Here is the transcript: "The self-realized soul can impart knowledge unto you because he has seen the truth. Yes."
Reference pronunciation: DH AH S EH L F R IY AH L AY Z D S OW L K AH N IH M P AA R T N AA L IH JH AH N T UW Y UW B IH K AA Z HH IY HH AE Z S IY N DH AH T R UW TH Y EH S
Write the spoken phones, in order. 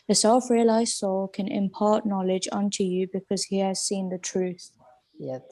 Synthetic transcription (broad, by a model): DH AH S EH L F R IY AH L AY Z D S OW L K AH N IH M P AA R T N AA L IH JH AH N T UW Y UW B IH K AA Z HH IY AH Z S IY N DH AH T R UW TH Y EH